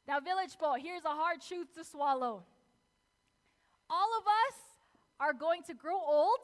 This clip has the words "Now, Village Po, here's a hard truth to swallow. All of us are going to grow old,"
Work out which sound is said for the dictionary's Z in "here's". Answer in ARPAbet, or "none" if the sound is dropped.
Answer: Z